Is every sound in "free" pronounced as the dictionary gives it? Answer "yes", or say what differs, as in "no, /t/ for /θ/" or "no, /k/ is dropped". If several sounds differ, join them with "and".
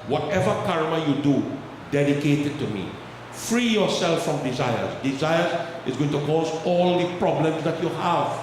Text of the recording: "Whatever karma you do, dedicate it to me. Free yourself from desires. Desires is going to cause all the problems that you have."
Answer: yes